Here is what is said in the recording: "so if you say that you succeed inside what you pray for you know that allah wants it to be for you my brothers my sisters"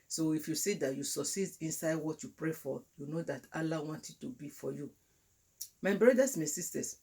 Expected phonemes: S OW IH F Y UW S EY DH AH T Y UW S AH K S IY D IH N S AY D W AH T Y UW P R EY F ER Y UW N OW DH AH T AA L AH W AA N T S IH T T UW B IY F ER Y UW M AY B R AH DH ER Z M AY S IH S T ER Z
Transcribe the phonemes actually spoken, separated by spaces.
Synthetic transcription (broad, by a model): S OW IH F Y UW S EY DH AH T Y UW S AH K S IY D IH N S AY D W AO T Y UW P R EY F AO Y UW N OW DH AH T AA L AH W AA N T IH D T UW B IY F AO Y UW M AY B R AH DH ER S M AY S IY S T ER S